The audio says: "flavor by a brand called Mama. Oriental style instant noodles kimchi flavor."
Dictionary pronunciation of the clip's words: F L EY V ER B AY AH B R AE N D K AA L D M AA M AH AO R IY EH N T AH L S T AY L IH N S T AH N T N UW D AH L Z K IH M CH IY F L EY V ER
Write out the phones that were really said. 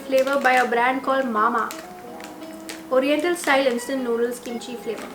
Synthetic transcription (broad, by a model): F L EY V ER B AY AH B R AE N D K AA L D M AA M AH AO R IY EH N T AH L S T AY L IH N S T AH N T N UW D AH L S K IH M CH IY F L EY V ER